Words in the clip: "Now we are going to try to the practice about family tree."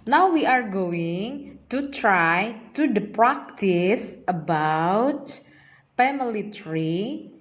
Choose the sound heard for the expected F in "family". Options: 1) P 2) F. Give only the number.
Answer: 1